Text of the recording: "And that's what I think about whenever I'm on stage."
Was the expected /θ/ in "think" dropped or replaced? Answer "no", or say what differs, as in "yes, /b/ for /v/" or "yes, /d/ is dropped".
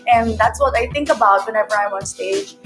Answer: no